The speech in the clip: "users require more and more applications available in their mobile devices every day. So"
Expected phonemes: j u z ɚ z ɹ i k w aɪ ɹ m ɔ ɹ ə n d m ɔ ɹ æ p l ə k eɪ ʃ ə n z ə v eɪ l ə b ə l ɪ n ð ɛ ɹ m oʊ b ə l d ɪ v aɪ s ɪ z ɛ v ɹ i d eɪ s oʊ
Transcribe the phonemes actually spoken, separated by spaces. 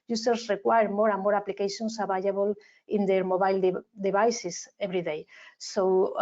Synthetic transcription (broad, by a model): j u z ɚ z ɹ i k w aɪ ɹ m ɔ ɹ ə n m ɔ ɹ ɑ p l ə k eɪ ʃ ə n s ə b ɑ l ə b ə l ɪ n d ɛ ɹ m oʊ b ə l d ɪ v aɪ s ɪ s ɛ b ɹ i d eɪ s oʊ